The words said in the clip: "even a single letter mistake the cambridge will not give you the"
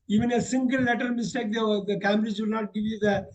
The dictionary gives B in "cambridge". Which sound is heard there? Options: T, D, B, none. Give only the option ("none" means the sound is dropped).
none